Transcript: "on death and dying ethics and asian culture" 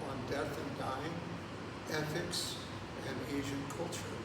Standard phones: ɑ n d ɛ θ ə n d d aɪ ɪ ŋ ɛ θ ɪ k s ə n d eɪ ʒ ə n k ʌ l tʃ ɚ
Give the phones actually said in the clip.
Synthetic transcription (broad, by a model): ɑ n d ɛ θ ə n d d aɪ ɪ ŋ ɛ θ ɪ k s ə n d eɪ ʒ ə n k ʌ l tʃ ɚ